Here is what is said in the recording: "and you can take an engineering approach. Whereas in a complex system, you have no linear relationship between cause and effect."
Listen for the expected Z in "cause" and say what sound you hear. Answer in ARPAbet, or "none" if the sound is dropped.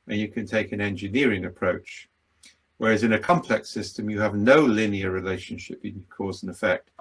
Z